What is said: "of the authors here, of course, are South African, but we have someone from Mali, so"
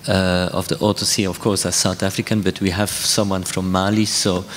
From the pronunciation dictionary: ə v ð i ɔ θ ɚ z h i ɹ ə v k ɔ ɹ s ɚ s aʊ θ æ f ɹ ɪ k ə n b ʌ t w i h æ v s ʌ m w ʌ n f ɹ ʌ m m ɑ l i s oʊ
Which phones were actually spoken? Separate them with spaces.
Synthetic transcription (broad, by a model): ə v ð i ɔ t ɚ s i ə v k ɔ ɹ s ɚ s aʊ θ æ f ɹ ɪ k ə n b ʌ t w i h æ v s ʌ m w ʌ n f ɹ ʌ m m ɑ l i s oʊ